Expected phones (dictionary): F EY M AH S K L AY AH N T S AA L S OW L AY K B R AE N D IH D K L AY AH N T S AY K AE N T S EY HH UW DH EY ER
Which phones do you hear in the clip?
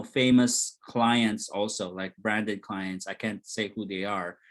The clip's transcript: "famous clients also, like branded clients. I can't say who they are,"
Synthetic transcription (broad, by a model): F EY M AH S K L AY AH N T S AA L S OW L AY K B R AE N D IH D K L AY AH N T S AY K AE N T S EY HH UW DH EY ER